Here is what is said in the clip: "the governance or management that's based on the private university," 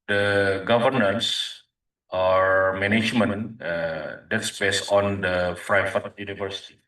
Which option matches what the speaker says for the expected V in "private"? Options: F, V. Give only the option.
F